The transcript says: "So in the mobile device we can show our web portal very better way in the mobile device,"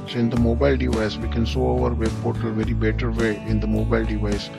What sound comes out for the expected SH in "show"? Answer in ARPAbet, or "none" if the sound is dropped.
S